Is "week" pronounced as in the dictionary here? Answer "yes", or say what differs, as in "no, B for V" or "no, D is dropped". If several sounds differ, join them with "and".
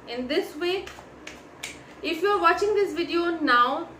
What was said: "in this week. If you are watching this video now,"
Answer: no, K is dropped